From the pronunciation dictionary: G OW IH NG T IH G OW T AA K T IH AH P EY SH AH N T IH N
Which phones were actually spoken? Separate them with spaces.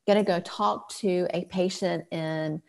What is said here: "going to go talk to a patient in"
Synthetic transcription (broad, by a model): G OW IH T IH G OW T AA K T IH AH P EY SH AH N T IH N